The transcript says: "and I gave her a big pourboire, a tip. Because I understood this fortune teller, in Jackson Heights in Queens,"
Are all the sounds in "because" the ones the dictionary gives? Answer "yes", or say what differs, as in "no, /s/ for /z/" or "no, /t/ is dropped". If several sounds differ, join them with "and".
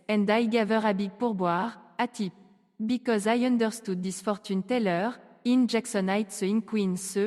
yes